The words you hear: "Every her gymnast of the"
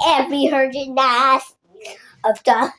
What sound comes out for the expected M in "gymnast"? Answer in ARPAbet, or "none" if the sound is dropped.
none